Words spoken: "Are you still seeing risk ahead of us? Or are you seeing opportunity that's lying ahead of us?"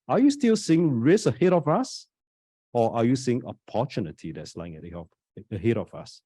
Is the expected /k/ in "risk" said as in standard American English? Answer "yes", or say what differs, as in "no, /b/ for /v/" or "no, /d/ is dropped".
no, /k/ is dropped